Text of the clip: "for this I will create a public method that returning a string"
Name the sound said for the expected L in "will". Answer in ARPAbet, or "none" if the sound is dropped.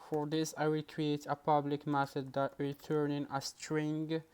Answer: L